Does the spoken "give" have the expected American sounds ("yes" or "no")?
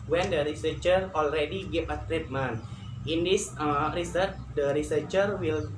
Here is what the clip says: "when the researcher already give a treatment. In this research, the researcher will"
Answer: no